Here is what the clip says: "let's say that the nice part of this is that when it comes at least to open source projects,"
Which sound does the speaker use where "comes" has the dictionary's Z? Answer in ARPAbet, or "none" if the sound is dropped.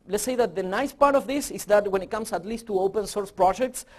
S